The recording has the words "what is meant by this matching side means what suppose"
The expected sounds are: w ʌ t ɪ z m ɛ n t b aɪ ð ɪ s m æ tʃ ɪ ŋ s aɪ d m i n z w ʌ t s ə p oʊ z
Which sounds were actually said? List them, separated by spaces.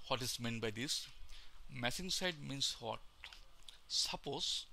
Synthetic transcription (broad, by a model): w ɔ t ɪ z m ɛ n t b aɪ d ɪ s m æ s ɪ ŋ s aɪ d m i n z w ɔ t s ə p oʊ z